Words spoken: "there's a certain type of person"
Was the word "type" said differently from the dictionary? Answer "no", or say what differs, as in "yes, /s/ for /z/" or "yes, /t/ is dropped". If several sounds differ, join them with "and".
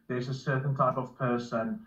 no